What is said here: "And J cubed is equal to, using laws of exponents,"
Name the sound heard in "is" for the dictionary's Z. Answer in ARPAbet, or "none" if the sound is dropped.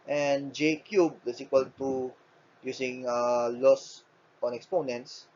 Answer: S